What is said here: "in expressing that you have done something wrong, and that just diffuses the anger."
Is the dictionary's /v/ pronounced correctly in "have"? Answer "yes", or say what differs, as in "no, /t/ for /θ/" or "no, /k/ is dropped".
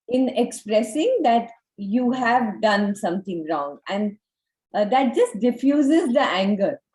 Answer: yes